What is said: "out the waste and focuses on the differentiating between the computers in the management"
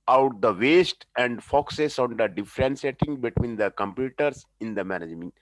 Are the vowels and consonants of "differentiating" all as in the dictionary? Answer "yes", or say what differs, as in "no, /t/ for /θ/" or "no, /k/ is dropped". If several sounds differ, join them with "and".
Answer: no, /s/ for /ʃ/